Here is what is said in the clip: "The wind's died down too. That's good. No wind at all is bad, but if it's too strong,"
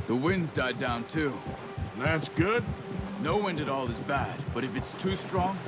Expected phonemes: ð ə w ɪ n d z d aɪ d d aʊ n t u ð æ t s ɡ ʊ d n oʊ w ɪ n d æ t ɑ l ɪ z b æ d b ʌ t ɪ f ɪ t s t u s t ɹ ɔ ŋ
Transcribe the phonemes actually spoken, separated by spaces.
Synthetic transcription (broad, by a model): ð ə w ɪ n d z d aɪ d d aʊ n t u ð æ t s ɡ ʊ d n oʊ w ɪ n d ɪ t ɑ l ɪ z b æ d b ʌ t ɪ f ɪ t s t u s t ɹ ɔ ŋ